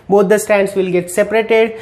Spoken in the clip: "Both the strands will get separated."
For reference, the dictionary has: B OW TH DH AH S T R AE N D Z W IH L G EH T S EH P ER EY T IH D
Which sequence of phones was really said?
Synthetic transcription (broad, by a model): B OW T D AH S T AE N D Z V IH L G EH T S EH P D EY T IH D